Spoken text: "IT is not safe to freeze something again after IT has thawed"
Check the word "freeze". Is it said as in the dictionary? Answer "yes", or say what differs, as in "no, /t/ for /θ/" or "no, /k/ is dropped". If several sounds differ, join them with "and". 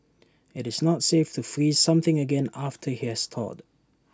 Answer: yes